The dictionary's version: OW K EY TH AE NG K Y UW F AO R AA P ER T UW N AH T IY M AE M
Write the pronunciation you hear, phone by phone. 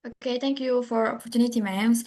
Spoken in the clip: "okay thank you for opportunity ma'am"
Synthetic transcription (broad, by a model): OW K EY T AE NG K Y UW F AO R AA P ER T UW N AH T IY M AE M